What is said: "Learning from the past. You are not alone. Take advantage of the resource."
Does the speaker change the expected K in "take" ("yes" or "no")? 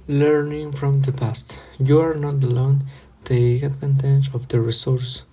yes